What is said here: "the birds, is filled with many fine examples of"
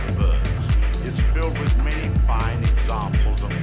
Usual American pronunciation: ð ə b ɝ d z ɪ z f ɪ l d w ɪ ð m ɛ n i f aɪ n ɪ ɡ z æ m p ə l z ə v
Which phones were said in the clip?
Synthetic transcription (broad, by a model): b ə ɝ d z ɪ z f ɪ l d w ɪ ð m ɛ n i f aɪ n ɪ ɡ z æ m p l z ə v